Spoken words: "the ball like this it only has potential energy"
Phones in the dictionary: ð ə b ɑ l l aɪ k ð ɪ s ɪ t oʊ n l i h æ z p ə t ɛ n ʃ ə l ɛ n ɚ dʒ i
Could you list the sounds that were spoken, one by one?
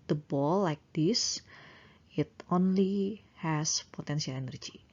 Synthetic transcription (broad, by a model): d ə b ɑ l l aɪ k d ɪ s ɪ t oʊ n l i h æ s p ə t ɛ n s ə l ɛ n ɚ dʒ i